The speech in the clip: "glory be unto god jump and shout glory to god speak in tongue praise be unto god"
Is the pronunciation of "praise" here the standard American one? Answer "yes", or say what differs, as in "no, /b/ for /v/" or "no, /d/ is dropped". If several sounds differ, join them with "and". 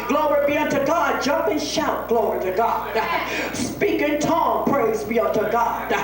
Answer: yes